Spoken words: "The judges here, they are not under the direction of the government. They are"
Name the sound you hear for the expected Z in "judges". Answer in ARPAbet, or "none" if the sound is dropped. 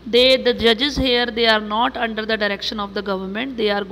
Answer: Z